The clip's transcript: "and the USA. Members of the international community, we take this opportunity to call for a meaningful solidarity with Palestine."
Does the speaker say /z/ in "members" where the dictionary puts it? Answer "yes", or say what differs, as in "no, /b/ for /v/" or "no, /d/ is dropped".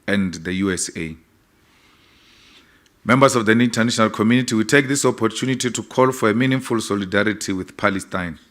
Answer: no, /s/ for /z/